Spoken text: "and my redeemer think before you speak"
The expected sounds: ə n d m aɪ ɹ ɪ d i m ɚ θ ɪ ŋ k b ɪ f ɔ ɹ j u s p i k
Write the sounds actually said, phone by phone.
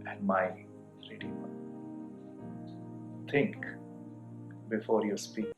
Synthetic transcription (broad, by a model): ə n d m aɪ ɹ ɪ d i ɔ t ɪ ŋ k b ɪ f ɔ ɹ j u s p i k